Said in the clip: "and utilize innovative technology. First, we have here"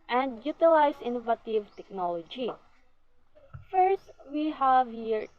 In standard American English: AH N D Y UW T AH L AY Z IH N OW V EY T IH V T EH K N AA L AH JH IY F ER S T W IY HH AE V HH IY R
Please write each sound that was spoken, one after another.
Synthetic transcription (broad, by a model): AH N D Y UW T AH L AY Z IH N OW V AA T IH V T EH K N AA L AH JH IY F ER S T W IY HH AE V HH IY R